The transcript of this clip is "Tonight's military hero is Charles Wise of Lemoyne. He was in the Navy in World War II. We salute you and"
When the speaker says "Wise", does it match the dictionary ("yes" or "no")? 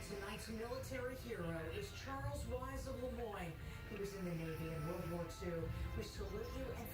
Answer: yes